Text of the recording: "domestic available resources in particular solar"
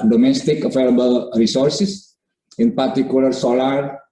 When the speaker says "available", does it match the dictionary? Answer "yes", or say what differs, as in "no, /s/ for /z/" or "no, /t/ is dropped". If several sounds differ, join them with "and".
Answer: no, /f/ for /v/